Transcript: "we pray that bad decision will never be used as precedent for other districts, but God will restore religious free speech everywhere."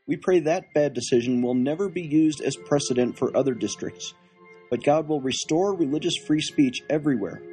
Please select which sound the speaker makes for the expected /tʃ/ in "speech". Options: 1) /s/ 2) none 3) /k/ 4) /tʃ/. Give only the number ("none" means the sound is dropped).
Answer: 4